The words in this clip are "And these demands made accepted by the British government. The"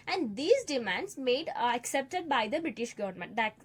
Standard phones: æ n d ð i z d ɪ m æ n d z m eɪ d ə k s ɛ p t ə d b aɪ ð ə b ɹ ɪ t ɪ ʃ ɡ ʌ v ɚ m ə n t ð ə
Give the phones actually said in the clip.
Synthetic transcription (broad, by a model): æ n d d i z d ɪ m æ n d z m eɪ d ə k s ɛ p t ə d b aɪ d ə b ɹ ɪ t ɪ ʃ ɡ ʌ v ɚ m ə n t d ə